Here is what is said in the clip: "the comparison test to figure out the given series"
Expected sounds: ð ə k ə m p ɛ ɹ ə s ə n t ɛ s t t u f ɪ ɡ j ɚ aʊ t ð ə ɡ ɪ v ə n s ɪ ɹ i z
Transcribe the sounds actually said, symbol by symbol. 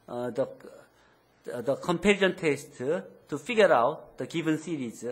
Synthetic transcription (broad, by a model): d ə k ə m p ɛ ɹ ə ə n t ɛ s t t u f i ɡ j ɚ aʊ t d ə ɡ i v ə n s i ɹ i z